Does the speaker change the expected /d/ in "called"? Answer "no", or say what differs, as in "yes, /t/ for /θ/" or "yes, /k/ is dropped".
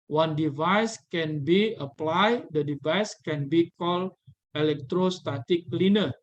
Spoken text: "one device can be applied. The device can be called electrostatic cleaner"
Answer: yes, /d/ is dropped